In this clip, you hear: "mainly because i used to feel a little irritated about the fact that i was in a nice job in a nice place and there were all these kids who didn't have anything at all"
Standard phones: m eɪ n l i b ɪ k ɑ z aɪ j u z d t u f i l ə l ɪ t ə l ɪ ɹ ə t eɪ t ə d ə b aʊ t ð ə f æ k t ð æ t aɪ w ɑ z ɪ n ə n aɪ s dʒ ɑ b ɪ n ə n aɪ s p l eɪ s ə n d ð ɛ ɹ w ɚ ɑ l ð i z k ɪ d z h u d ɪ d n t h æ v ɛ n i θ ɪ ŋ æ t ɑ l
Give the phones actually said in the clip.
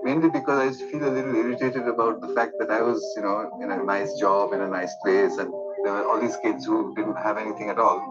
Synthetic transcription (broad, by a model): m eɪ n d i b ɪ k ɑ z aɪ j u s t u f i l ə l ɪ t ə l ɪ ɹ ə t eɪ t ə d ə b aʊ t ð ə f æ k t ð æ t aɪ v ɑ z ɪ n ə n aɪ s dʒ ɑ b ɪ n ə n aɪ s p l eɪ s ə n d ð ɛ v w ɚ ɑ l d i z k ɪ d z h u d ɪ d n t h æ v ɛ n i t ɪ ŋ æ t ɑ l